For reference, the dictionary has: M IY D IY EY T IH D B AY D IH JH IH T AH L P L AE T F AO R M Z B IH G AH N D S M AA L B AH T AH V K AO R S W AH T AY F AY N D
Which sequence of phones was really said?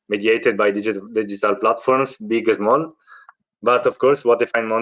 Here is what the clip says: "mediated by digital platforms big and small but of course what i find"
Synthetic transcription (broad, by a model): M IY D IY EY T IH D B AY D IH JH IH T AH L P L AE T F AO R M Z B IH G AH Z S M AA L B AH T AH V K AO R S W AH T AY F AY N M